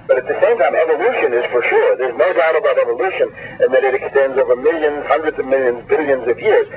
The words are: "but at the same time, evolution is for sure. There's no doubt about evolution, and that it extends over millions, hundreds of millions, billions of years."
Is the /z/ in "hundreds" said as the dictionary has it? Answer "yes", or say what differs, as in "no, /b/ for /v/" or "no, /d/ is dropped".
yes